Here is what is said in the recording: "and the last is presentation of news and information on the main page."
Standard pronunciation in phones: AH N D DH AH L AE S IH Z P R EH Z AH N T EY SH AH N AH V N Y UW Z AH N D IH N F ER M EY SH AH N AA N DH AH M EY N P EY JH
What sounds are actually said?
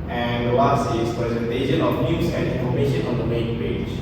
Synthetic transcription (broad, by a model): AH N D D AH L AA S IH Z P R EH Z AH N T EY SH AH N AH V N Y UW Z AH N D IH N F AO M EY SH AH N AA N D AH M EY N P EY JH